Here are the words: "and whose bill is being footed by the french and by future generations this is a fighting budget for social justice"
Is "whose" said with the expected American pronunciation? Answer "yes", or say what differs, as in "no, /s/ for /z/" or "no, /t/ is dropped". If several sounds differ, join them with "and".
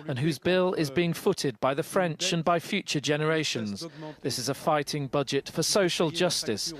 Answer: yes